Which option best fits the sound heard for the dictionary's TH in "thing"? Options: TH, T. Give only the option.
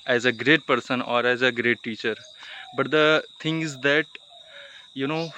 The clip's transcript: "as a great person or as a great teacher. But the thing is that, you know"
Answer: T